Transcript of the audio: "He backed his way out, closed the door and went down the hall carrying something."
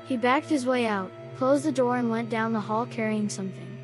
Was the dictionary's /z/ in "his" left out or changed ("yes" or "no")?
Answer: no